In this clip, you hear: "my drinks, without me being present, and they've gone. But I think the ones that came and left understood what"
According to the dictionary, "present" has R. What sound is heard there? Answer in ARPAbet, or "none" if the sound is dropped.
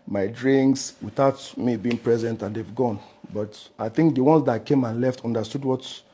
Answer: R